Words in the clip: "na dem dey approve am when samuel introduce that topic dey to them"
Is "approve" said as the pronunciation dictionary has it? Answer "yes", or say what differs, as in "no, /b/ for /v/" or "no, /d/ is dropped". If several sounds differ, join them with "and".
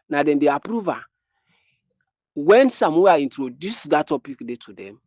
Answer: yes